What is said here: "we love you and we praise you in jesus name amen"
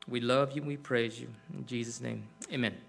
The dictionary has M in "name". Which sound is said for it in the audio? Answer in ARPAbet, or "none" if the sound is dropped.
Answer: M